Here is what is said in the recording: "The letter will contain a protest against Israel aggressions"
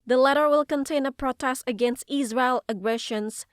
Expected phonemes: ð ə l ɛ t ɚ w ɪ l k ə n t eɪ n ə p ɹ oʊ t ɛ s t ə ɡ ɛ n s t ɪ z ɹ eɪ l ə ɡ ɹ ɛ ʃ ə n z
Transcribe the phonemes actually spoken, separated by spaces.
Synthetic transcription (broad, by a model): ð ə l ɛ t ɚ w ɪ l k ə n t eɪ n ə p ɹ oʊ t ɛ s t ə ɡ ɛ n s t ɪ z ɹ eɪ l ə ɡ ɹ ɛ ʃ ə n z